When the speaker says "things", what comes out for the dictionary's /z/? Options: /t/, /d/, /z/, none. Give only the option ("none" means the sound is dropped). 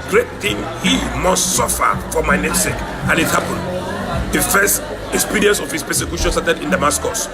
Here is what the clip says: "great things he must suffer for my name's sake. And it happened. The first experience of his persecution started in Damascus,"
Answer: none